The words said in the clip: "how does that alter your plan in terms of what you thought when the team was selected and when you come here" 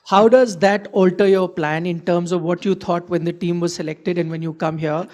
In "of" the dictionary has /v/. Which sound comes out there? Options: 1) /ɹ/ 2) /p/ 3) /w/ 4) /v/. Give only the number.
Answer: 4